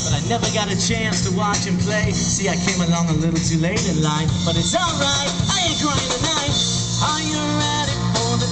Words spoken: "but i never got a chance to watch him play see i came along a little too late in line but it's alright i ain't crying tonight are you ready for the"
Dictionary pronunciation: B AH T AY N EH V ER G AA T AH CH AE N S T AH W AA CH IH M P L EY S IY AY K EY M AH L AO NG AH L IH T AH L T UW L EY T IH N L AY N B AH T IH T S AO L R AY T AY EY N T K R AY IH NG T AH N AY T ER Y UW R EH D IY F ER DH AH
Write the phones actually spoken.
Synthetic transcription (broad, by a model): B AH T AY N EH V ER G AA T AH CH AE N S T AH W AA CH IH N P L EY S IY AY K EY M AH L AO NG AH L IH T L T UW L EY T IH N L AY N B AH T IH T S AO L R AY T AY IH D R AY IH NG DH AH N AY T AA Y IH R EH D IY F ER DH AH